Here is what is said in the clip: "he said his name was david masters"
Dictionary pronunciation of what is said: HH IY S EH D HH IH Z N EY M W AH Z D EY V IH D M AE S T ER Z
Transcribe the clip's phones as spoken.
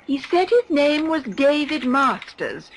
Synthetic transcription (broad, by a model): HH IY S EH D HH IH Z N EY M W AH Z D EY V IH D M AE S T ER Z